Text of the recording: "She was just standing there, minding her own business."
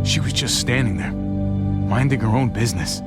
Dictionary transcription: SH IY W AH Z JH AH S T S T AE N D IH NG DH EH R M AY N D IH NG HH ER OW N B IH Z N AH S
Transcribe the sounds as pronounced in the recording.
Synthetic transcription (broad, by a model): SH IY W AH Z JH AH S T S T AE N D IH NG DH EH R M AY N D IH NG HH ER OW N B IH Z N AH S